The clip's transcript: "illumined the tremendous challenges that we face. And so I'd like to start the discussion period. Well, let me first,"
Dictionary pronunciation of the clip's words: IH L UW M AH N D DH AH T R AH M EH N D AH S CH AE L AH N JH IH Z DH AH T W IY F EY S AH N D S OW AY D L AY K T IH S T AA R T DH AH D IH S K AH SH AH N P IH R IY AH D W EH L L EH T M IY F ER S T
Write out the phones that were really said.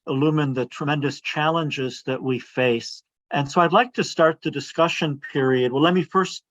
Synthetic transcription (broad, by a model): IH L UW M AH N DH AH T R AH M EH N D AH S CH AE L AH N JH IH Z DH AH T W IY F EY S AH N S OW AY D L AY K T IH S T AA R T DH AH D IH S K AH SH AH N P IH R IY AH D W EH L L EH T M IY F ER S T